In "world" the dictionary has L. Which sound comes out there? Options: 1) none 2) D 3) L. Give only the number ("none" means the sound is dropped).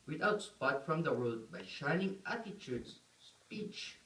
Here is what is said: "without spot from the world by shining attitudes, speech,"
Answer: 1